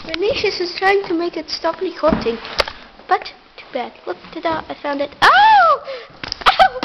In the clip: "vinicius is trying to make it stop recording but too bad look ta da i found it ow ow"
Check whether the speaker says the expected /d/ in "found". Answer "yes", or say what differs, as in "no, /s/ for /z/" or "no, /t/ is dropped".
yes